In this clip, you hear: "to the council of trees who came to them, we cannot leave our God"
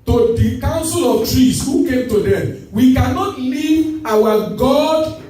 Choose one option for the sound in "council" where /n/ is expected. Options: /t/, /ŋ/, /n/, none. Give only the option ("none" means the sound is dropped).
/n/